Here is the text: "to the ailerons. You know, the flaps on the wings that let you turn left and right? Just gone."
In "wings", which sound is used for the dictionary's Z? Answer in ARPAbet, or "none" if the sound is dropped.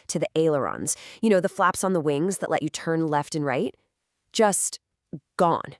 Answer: Z